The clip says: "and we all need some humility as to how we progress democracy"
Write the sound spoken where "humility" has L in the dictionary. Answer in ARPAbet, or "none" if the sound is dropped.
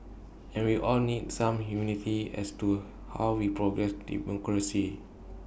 N